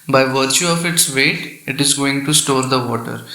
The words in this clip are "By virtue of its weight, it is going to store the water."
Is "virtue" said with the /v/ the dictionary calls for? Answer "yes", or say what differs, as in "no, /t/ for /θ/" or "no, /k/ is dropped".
yes